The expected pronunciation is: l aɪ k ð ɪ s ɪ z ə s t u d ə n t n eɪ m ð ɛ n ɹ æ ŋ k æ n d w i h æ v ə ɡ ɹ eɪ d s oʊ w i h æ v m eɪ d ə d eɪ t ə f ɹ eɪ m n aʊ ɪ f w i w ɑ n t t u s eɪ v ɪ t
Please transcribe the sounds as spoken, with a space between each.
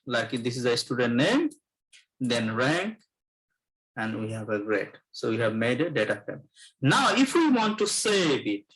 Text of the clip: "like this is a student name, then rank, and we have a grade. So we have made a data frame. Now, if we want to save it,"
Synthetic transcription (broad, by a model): l aɪ k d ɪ s ɪ z ə s t u d ə n t n eɪ m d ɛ n ɹ æ ŋ k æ n d w i h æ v ə ɡ ɹ eɪ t s oʊ w i h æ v m eɪ d ə d eɪ t ə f eɪ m n aʊ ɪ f w i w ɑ n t t u s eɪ b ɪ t